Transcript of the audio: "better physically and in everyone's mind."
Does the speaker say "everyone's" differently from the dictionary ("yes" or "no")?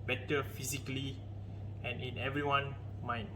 yes